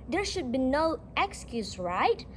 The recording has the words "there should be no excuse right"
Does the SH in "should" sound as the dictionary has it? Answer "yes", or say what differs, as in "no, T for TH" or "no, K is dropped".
yes